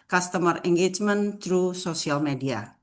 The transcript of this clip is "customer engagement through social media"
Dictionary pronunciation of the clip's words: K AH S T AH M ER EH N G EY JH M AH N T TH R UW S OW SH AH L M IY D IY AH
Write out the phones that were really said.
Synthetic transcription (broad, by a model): K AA S T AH M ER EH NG G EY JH M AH N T R UW S OW S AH L M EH D IY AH